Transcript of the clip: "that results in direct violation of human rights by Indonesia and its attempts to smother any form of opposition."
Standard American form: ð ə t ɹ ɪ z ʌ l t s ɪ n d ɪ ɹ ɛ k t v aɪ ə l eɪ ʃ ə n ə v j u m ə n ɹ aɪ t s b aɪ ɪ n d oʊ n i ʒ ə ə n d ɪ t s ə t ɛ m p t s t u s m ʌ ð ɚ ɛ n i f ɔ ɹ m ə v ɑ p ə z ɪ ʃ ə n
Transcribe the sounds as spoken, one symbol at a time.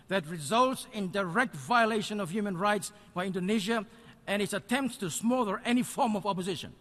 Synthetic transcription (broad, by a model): ð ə t ɹ ɪ z ʌ l t s ɪ n d ɪ ɹ ɛ k t v aɪ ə l eɪ ʃ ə n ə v j u m ə n ɹ aɪ t s b aɪ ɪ n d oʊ n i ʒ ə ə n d ɪ t s ə t ɛ m p t s t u s m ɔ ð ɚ ɛ n i f ɔ ɹ m ə v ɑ p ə z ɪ ʃ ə n